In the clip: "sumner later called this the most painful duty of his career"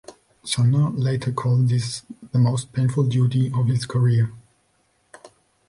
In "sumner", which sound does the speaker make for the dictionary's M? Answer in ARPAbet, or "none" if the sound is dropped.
none